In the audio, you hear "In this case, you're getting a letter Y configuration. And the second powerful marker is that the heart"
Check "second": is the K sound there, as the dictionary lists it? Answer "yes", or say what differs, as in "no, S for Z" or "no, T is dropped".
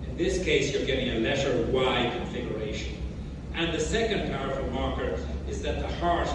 yes